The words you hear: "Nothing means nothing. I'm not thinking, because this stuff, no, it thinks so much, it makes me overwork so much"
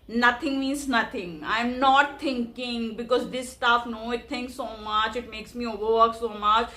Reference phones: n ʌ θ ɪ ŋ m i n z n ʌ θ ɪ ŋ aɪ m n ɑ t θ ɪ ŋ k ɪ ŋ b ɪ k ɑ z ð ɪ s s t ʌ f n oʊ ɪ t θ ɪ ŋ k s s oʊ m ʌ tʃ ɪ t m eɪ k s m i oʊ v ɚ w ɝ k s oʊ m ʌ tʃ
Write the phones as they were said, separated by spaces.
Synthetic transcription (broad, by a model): n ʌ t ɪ ŋ m i n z n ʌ t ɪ ŋ aɪ m n ɑ t t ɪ ŋ k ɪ ŋ b ɪ k ɑ z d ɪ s s t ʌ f n oʊ ɪ t t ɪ ŋ k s s oʊ m ʌ tʃ ɪ t m eɪ k s m i oʊ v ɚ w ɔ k s oʊ m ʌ tʃ